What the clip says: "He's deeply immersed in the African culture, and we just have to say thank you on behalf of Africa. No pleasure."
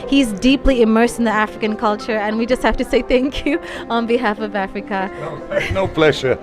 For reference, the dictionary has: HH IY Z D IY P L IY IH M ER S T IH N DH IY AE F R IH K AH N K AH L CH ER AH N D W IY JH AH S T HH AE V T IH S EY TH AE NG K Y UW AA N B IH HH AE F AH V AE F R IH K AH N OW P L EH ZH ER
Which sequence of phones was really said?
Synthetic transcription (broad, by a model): HH IY Z D IY P L IY IH M ER S T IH N DH IY AE F R IH K AH N K AH L CH ER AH N W IY JH AH S T HH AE F T IH S EY TH AE NG K Y UW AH N B IH HH AE F AH V AE F R IH K AH N OW P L EH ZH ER